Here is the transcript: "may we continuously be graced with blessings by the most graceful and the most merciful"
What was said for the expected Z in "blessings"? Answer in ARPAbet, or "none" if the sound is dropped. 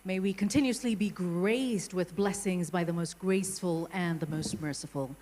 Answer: Z